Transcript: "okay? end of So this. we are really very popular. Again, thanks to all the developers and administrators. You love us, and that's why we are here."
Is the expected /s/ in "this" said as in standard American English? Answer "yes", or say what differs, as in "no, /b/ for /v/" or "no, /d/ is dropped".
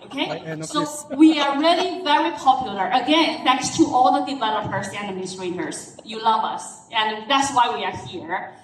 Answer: no, /s/ is dropped